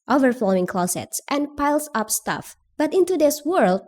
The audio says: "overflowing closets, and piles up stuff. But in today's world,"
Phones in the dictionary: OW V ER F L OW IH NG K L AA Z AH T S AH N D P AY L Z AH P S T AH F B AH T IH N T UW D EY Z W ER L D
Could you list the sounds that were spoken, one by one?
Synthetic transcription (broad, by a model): OW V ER F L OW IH NG K L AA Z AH T S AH N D P AY L S AH P S T AH F B AH T IH N T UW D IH S W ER L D